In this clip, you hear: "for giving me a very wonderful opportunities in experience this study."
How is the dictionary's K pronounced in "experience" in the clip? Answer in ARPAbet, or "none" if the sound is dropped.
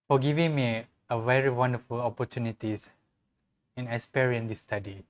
none